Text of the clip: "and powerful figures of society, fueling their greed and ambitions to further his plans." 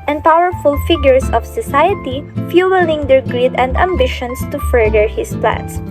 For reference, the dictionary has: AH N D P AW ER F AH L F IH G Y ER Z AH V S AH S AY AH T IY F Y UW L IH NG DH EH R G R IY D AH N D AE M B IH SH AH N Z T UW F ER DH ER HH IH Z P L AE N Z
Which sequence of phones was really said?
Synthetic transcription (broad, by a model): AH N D P AW ER F AH L F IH G Y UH S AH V S AH S AY AH T IY F Y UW L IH NG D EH R G R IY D AH N D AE M B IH SH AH N S T UW F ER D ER HH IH S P L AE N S